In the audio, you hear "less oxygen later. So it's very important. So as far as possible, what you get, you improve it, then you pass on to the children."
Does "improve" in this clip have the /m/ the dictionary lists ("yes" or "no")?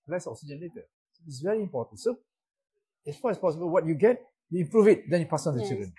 no